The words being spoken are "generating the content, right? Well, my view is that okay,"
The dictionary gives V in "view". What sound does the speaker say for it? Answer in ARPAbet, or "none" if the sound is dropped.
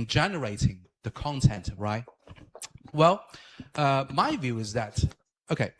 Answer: V